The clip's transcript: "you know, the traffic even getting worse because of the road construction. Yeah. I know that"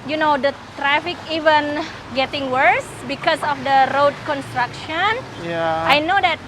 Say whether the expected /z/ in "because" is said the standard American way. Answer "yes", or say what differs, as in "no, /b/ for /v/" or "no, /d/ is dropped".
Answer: no, /s/ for /z/